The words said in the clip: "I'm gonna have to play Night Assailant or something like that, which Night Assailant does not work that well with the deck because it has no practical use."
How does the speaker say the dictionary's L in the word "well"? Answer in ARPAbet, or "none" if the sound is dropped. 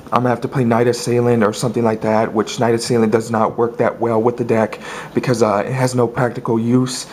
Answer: L